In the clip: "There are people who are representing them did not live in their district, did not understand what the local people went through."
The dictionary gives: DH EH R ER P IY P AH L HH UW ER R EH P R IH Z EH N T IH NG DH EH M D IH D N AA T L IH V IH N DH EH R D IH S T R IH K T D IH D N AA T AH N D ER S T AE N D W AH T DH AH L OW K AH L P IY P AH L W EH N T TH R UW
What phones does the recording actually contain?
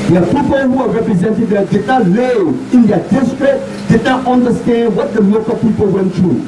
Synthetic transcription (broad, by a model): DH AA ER P IY P AH L HH UW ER R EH P R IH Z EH N T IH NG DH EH D IH D N AA T L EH IH N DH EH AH D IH S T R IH K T D IH D N AA T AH N D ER S T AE N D W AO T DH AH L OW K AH P IY P AH L W EH N T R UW